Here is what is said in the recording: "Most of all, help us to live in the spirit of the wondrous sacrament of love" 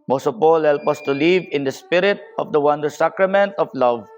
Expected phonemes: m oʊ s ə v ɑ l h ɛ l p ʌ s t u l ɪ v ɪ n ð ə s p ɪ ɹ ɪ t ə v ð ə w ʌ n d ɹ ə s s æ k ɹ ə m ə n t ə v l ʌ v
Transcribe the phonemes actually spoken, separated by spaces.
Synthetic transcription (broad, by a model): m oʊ s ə p ɑ l h ɛ l p ʌ s t u l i v ɪ n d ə s p ɪ ɹ ɪ t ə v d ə w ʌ n d ə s s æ k ɹ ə m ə n t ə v l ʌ v